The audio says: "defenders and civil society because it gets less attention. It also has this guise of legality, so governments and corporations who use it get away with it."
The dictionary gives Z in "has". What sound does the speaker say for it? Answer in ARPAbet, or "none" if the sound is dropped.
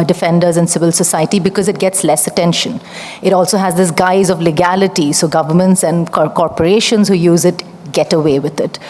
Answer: Z